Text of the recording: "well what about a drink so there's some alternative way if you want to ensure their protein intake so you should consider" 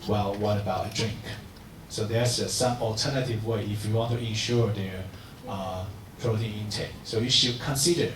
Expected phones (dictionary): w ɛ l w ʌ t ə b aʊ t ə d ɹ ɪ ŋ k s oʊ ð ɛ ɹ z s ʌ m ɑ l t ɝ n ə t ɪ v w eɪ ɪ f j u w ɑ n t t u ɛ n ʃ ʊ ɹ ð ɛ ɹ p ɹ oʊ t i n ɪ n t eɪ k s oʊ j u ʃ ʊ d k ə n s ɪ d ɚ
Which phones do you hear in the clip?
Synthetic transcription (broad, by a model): w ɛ l w ʌ t ə b aʊ t ə d ɹ ɪ ŋ k s oʊ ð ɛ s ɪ s ʌ m ɑ l t ɝ n ə t ɪ v w eɪ ɪ f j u w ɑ n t t u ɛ n ʃ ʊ ɹ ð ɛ ɹ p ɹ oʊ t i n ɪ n t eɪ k s oʊ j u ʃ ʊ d k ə n s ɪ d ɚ